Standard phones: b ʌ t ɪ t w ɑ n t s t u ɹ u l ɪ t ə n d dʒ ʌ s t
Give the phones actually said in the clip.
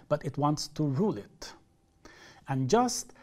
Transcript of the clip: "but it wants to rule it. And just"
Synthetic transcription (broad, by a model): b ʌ t ɪ t w ɑ n t s t u ɹ u l ɪ t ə n dʒ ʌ s t